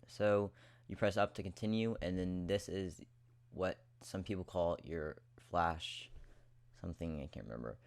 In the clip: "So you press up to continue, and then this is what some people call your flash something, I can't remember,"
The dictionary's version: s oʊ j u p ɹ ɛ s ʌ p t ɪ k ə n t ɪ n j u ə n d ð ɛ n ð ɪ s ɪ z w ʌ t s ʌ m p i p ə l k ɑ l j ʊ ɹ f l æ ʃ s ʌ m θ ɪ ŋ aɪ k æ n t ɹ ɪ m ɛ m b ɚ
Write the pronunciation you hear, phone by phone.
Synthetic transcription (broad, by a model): s oʊ j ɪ p ɹ ɛ s ʌ p t ɪ k ə n t ɪ n j u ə n ð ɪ n ð ɪ s ɪ z w ʌ t s ʌ m p i p l k ɑ l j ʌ ɹ f l æ ʃ s ʌ m θ ɪ ŋ aɪ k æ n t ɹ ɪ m ɛ m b ɚ